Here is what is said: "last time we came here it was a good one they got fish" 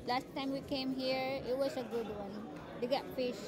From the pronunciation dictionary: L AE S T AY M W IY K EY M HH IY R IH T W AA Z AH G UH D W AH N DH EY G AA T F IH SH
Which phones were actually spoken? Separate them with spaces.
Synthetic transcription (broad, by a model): L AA S T AY M W IY K EY M HH IY R IH T W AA S AH G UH D W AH N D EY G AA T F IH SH